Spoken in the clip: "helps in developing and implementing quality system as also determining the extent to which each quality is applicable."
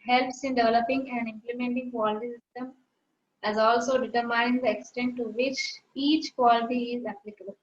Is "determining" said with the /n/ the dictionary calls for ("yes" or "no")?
no